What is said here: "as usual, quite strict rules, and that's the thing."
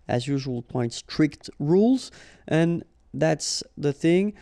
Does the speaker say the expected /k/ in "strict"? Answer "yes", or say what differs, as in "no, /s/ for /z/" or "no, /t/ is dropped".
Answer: yes